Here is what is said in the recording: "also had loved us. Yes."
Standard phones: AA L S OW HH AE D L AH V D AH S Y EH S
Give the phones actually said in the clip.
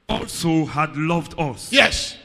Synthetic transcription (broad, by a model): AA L S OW HH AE D L AH V D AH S Y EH S